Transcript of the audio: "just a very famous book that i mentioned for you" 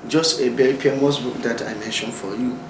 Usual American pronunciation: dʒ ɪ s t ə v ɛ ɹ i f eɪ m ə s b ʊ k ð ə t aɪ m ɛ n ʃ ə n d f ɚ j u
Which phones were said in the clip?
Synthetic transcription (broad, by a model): dʒ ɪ s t ə b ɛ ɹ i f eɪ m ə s b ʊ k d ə t aɪ m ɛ n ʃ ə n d f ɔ j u